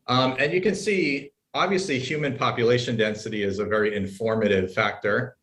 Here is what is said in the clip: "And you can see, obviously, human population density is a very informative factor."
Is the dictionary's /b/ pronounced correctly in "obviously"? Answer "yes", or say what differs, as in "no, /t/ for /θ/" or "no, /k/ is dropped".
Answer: yes